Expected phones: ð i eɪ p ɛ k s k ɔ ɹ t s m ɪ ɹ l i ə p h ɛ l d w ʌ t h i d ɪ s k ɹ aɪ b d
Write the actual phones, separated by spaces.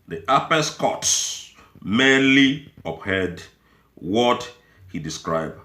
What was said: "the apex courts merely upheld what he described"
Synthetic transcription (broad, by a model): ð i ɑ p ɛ s k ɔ t s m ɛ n l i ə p h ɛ d w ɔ t h i d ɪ s k ɹ aɪ b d